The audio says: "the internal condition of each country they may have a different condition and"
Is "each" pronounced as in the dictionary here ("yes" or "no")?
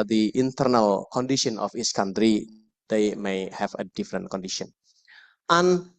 no